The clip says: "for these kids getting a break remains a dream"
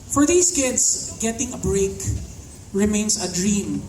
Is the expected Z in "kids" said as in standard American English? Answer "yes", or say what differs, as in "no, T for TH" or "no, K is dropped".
no, S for Z